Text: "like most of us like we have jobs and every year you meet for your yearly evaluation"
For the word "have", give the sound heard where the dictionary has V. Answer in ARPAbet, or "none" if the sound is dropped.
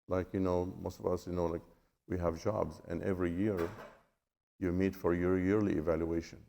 V